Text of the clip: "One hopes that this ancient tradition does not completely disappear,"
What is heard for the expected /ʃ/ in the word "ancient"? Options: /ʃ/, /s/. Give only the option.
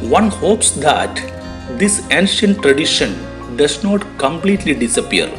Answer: /ʃ/